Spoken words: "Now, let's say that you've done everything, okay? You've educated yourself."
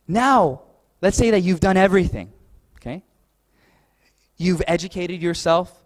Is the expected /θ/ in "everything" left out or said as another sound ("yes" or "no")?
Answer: no